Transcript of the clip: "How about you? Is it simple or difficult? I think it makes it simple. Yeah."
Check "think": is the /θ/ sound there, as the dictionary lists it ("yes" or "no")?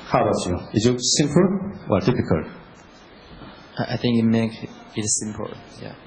yes